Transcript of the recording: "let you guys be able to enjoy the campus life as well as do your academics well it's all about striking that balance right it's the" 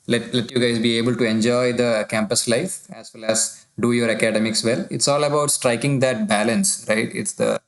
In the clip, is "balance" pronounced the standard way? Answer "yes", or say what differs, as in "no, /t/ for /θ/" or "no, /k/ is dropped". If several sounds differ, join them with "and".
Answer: yes